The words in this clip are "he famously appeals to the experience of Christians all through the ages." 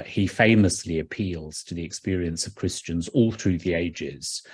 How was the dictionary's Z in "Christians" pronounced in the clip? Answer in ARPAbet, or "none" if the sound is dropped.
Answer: Z